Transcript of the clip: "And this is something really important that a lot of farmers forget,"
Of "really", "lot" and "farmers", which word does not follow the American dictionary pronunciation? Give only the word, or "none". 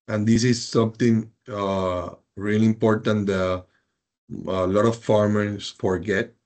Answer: farmers